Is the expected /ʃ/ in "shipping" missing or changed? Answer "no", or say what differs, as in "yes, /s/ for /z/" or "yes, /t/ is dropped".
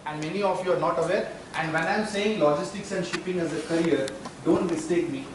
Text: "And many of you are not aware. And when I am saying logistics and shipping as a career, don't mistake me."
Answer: no